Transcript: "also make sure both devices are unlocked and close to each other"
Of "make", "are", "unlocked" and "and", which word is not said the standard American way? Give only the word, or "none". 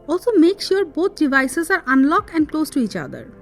unlocked